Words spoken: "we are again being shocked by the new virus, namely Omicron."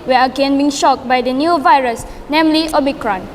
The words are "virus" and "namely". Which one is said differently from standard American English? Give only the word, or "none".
none